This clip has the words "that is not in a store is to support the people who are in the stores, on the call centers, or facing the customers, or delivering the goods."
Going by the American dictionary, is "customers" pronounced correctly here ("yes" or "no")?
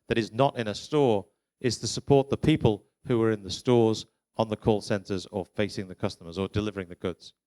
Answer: yes